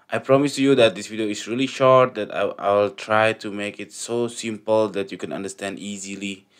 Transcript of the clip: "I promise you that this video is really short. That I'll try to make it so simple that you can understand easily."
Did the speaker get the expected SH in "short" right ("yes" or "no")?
yes